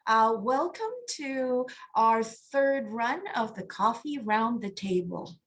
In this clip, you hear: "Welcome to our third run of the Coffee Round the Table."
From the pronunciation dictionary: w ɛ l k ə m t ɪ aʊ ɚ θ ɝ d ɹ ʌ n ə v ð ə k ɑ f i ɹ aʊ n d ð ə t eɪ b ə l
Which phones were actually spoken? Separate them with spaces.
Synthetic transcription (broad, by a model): w ɛ l k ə m t ɪ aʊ ɚ θ ɝ d ɹ ʌ n ə v ð ə k ɑ f i ɹ aʊ n ð ə t eɪ b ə l